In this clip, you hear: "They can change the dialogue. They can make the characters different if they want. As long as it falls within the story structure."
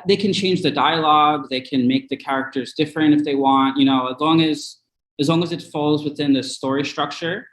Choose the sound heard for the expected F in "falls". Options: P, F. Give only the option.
F